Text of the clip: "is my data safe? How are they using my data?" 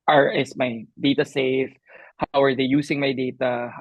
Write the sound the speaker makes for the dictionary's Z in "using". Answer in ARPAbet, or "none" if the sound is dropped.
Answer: S